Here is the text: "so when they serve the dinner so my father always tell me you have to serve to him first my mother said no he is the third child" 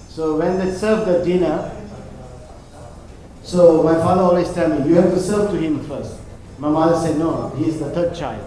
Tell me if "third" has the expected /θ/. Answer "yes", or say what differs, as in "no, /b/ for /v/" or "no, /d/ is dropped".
no, /t/ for /θ/